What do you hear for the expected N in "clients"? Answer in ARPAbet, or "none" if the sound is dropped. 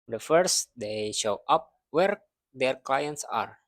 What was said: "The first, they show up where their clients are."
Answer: N